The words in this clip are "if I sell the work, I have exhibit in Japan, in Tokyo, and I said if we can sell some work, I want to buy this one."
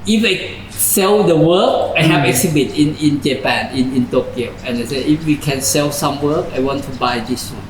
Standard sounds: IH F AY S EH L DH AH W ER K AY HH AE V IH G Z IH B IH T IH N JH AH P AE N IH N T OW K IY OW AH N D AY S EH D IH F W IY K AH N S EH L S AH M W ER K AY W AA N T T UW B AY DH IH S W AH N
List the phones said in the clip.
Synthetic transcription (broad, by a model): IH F AY S EH L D AH W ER K AY HH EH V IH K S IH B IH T IH N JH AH P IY N IH N T OW K IY OW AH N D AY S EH IH F W IY K AH N S EH L S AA M W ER K AY W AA N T T UW B AY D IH S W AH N